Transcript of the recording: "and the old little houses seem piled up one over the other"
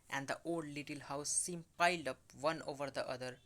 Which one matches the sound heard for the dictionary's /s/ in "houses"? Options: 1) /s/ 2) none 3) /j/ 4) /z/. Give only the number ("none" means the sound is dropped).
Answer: 2